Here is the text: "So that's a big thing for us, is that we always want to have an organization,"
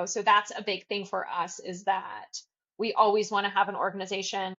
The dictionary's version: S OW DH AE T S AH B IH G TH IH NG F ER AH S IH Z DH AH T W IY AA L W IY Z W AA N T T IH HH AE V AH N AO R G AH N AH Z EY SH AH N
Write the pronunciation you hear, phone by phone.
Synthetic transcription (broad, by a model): S OW DH AE T S AH B IH G TH IH NG F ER AH S IH Z DH AH T W IY AA L W IY Z W AA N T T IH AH V AH N AO R G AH N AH Z EY SH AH N